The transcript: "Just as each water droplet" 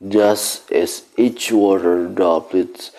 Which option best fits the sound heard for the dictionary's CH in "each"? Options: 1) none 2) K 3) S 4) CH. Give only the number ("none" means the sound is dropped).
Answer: 4